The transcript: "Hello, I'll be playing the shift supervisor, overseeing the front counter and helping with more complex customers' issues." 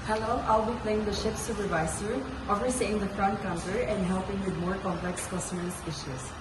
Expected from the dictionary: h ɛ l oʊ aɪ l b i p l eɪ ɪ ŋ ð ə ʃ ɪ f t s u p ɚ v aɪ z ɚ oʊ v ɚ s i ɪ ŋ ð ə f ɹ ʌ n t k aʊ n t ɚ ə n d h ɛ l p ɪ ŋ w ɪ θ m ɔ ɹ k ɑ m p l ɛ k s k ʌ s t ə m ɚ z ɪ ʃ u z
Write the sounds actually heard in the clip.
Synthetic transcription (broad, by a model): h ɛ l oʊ aɪ l b i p l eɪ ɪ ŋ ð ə ʃ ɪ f s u p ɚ v aɪ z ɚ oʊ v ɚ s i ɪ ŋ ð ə f ɹ ʌ n t k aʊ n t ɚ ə n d h ɛ l p ɪ ŋ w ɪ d m ɔ ɹ k ɑ m p l ɛ k s k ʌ s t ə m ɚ s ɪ ʃ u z